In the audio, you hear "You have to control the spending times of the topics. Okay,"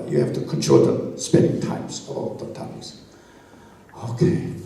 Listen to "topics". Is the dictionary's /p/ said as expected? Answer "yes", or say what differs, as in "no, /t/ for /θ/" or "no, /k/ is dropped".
no, /p/ is dropped